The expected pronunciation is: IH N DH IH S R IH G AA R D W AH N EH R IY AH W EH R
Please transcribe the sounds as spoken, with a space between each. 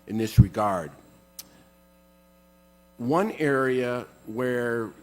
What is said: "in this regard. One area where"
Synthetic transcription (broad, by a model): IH N DH IH S R IH G AA R D W AH N EH R IY AH W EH R